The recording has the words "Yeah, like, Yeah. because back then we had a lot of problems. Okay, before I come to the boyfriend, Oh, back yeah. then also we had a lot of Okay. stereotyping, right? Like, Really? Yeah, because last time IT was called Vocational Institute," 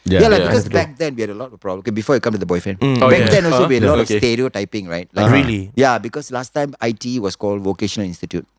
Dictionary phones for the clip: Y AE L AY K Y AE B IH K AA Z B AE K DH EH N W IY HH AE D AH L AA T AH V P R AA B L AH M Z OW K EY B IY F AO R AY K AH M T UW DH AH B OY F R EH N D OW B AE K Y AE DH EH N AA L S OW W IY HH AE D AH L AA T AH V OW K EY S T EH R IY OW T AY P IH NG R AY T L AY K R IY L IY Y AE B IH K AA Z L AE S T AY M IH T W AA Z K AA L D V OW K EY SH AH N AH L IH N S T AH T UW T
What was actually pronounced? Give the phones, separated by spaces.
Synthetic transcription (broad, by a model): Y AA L AY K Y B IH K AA S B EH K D EH N W IY HH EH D AH L AA T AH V P R AA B AH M OW K EY B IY F AO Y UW K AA M T UW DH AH B OY F R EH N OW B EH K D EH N AA L S OW W IY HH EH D AH L AA T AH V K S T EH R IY OW T AY P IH NG R AY T L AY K R IY L IY Y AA B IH K AA S L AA S T AY M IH T W AA S K AA L D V OW K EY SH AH N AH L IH N S T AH T UW T